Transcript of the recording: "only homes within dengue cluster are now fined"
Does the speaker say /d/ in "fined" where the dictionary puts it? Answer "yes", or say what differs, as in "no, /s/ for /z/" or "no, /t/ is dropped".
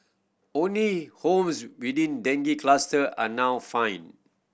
no, /d/ is dropped